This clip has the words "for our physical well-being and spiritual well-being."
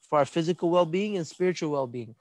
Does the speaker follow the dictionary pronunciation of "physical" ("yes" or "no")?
yes